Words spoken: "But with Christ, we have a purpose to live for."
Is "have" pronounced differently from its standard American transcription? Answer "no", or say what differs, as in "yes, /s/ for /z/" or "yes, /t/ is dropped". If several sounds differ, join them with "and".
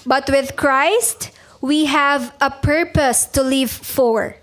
no